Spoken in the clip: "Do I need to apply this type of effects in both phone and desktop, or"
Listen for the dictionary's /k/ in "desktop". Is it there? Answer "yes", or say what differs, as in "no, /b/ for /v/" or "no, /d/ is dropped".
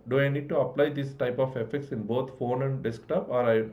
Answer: yes